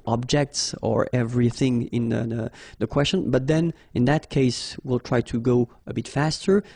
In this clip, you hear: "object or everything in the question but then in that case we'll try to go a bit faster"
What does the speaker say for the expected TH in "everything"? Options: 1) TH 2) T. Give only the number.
1